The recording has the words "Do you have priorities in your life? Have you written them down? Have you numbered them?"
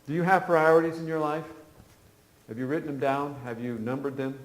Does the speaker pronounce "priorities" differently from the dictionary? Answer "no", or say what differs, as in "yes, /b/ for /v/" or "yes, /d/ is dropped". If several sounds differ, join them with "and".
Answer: no